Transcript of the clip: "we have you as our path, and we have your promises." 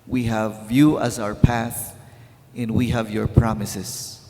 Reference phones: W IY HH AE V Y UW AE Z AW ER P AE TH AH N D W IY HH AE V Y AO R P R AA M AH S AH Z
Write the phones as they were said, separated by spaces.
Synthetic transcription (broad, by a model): W IY HH AE V Y UW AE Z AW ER P AE TH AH N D W IY HH AE V Y AO R P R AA M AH S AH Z